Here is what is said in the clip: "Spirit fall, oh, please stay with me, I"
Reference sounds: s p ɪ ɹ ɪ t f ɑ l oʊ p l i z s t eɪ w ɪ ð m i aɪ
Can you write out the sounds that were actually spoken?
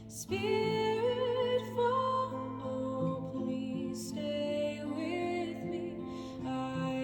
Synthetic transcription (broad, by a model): s p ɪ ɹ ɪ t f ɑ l oʊ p n i s t eɪ w ɪ ð m i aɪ